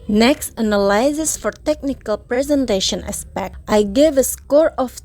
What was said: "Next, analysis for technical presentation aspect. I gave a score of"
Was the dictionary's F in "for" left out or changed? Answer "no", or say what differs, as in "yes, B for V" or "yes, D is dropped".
no